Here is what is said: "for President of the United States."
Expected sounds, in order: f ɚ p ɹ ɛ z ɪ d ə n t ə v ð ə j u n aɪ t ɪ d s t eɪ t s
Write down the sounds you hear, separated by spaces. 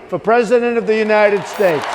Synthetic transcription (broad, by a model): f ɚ p ɹ ɛ z ɪ d ə n t ə v ð ə j u n aɪ t ɪ d s t eɪ t s